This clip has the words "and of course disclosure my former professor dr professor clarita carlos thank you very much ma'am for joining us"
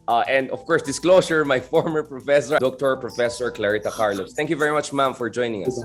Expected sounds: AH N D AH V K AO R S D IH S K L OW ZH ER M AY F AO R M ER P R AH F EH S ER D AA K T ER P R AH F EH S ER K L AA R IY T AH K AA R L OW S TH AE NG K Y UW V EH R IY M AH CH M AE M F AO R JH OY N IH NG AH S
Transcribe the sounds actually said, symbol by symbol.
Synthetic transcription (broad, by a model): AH N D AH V K AO R S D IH S K L OW S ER M AY F AO R M ER P R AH F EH S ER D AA K T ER P R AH F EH S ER K L AA R IY T AH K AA R L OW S T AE NG K Y UW V EH R IY M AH CH M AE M F AO R JH OY N IH NG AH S